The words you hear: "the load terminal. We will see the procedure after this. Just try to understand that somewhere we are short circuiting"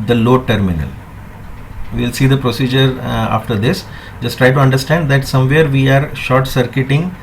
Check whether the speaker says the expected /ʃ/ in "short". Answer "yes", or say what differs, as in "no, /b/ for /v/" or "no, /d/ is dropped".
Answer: yes